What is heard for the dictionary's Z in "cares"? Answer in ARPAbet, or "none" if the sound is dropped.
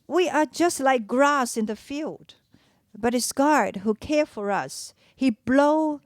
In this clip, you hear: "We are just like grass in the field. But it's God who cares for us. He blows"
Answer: none